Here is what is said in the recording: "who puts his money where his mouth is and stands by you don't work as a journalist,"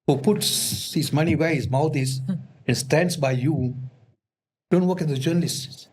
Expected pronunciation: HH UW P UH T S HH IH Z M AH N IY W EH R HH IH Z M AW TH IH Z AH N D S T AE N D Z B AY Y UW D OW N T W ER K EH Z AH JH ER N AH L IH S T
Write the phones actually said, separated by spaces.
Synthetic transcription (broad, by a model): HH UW P UH T S HH IH Z M AH N IY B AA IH HH IH Z M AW T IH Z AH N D S T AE N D S B AY Y UW D OW N T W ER K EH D AH JH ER N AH L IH S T